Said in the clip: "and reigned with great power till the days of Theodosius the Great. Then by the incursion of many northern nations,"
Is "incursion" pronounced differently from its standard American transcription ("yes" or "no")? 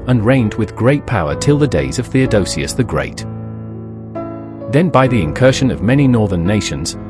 yes